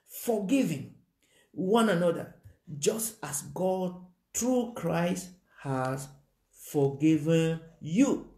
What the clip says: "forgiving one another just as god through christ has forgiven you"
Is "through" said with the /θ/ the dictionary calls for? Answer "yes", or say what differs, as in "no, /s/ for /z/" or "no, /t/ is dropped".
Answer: no, /t/ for /θ/